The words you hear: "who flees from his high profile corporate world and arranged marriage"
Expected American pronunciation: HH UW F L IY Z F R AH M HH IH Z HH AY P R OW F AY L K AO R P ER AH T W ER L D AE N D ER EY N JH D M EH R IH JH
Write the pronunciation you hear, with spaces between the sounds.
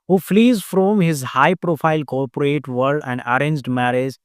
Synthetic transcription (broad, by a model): HH UW F L IY Z F R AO M HH IH Z HH AY P R OW F AY L K AO R P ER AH T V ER D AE N D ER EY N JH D M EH R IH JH